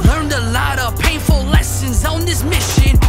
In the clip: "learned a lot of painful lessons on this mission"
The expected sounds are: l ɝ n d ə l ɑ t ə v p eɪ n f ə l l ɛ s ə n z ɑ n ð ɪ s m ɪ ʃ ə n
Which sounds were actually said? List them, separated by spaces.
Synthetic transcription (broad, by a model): l ɝ n d ə l ɑ t ə v p eɪ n f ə l l ɛ s ə n z n ð ɪ s m ɪ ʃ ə n